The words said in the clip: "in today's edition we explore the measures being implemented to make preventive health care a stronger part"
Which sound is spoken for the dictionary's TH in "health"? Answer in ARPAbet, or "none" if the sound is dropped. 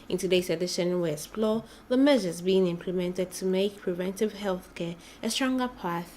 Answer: TH